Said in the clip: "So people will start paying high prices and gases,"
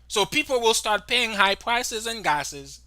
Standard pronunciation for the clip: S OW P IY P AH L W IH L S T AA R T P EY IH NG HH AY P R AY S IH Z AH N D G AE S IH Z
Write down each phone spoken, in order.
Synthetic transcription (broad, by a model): S OW P IY P L W IH L S T AA R T P EY IH NG HH AY P R AY S IH Z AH N G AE S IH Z